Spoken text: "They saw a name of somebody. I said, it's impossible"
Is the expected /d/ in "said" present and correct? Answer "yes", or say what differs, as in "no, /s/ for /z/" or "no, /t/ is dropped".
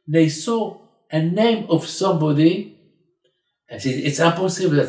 no, /d/ is dropped